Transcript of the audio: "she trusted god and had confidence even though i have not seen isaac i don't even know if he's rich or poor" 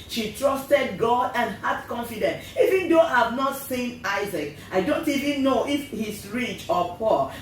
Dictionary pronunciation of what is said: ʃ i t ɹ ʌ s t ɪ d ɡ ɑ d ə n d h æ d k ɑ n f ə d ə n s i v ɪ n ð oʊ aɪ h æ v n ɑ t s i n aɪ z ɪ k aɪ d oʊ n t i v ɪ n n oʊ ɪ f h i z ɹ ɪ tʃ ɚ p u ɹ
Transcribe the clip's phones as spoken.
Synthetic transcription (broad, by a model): ʃ i t ɹ ʌ s t ɪ d ɡ ɑ d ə n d h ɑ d k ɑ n f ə d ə n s i v ɪ n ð oʊ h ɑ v n ɑ t s i n aɪ z ɪ k aɪ d oʊ n t i v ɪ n n oʊ ɪ f h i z ɹ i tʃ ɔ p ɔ